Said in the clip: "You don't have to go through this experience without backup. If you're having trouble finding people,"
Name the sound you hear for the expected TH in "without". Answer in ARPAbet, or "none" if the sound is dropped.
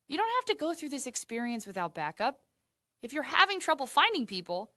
TH